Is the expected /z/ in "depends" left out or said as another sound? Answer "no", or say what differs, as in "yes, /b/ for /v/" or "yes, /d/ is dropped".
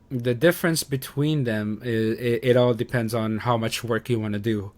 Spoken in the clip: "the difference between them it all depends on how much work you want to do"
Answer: no